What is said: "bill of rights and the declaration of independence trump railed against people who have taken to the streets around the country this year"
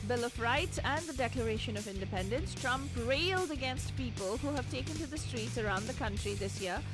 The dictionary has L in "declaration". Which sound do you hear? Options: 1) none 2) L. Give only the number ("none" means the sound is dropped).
2